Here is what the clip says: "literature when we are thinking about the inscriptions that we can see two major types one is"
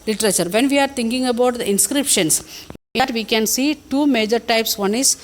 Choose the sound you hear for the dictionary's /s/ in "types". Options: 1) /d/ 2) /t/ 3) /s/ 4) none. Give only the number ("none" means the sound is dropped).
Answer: 3